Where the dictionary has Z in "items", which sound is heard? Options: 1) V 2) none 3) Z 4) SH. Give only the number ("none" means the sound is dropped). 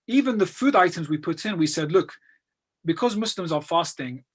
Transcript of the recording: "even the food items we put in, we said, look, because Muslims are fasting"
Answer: 3